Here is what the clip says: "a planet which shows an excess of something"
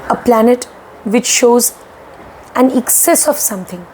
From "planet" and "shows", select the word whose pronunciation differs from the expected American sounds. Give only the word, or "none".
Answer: none